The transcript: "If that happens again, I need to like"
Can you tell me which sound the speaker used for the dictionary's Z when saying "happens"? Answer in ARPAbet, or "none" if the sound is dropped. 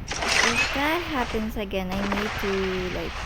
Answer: S